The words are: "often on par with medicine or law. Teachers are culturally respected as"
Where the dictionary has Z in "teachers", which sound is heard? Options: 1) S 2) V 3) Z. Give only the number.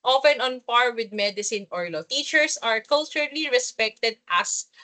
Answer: 1